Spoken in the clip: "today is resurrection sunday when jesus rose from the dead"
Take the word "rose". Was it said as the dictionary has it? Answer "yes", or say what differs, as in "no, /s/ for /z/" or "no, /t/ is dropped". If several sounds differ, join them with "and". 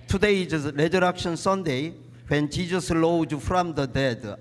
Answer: no, /l/ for /ɹ/